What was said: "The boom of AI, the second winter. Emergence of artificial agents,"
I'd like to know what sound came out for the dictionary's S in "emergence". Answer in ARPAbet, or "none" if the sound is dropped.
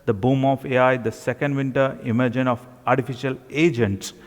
none